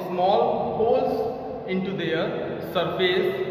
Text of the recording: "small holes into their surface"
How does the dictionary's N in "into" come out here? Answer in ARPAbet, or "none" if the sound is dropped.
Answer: N